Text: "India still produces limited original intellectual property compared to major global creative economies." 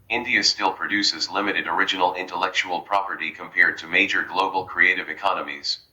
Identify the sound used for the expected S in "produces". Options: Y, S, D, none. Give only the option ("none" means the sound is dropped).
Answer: S